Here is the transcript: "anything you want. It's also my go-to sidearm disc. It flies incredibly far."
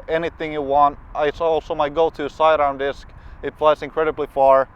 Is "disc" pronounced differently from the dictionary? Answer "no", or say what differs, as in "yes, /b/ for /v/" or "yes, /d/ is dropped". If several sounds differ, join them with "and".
no